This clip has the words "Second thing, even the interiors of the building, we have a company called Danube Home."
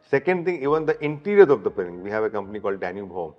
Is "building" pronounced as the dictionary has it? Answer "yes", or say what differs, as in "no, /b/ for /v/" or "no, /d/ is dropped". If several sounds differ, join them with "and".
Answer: no, /l/ is dropped